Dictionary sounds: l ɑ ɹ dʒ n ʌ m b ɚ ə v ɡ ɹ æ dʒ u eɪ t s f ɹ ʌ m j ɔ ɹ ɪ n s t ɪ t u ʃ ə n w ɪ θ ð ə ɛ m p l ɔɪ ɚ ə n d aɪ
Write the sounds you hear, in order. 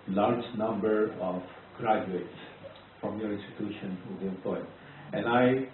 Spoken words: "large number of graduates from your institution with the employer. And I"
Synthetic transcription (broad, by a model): l ɑ ɹ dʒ n ʌ m b ɚ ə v ɡ ɹ æ dʒ u eɪ t s f ɹ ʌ m j ɔ ɹ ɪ n s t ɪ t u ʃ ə n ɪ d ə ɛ p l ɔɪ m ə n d aɪ